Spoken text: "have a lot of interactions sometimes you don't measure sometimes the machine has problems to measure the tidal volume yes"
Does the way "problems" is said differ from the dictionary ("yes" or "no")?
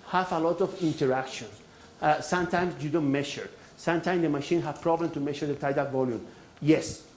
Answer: yes